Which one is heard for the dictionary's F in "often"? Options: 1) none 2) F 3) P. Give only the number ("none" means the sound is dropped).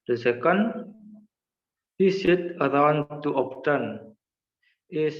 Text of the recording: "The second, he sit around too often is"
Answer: 3